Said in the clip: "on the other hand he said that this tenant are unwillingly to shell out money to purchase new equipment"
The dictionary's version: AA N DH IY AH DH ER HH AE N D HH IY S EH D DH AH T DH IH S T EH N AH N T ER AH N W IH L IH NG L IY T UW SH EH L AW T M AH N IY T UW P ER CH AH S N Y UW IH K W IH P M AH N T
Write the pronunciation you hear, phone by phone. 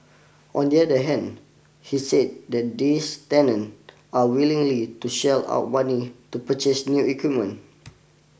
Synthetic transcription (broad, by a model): AA N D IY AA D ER HH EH N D HH IY S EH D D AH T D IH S T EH N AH N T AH W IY L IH NG L IY T UW SH EH L AW T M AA N IY T UW P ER CH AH S N Y UW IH K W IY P M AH N